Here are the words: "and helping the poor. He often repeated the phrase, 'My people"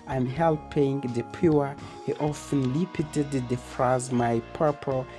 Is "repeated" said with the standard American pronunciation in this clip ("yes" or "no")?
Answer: no